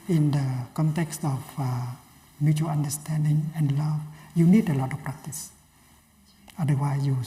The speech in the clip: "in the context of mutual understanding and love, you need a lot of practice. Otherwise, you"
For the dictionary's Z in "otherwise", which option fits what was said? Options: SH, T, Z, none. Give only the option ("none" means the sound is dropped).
none